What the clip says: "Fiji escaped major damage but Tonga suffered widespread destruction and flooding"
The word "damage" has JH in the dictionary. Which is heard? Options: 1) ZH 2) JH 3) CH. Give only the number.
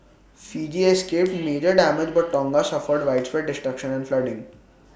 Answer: 2